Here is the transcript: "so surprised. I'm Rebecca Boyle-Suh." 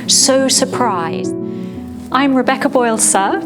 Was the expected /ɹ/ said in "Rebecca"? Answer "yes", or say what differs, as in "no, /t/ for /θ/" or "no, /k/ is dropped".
yes